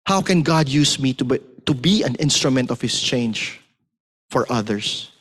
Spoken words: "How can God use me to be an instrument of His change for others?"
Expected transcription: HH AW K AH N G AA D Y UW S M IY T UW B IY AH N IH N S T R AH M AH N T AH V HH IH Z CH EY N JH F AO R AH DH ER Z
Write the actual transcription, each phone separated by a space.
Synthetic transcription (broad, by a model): HH AW K AH N G AA D Y UW S M IY T UW B IY AH N IH N S T R AH M AH N T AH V HH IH S CH EY N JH F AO R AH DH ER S